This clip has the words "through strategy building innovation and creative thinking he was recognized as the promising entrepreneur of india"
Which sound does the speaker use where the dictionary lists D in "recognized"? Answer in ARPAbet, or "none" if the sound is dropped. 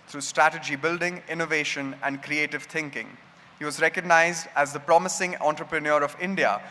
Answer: D